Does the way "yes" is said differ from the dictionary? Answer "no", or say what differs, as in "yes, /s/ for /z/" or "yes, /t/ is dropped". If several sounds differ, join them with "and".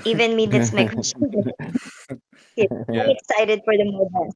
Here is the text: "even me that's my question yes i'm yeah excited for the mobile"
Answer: yes, /s/ is dropped